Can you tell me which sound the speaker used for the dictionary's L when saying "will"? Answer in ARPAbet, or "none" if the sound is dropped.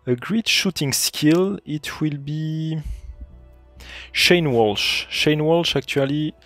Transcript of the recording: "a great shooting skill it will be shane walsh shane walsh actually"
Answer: L